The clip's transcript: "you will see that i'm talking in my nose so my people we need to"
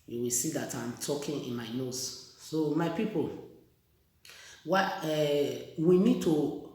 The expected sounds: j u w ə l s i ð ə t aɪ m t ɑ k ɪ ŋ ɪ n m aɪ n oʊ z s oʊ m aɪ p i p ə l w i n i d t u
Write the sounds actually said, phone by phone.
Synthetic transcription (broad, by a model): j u w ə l s i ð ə t aɪ m t ɑ k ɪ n ɪ n m aɪ n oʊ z s oʊ m aɪ p i p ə w w i n i d t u